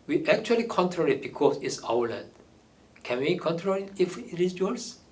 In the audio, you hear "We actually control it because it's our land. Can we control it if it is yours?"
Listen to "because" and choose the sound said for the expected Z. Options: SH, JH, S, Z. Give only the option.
S